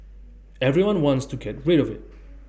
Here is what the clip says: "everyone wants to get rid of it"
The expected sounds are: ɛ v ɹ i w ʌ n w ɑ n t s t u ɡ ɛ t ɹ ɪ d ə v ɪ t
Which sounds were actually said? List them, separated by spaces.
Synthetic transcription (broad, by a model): ɛ v ɹ i w ʌ n w ɑ n t s t u ɡ ɛ t ɹ ɪ d ə v ɪ t